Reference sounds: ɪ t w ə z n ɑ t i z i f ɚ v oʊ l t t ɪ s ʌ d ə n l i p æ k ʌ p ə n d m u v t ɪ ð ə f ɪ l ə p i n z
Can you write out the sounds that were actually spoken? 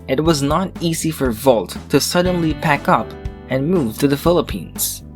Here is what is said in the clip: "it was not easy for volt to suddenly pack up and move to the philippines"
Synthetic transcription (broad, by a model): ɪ t w ə z n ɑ t i z i f ɚ v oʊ l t t ɪ s ʌ d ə n l i p æ k ʌ p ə n m u v t ɪ ð ə f ɪ l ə p i n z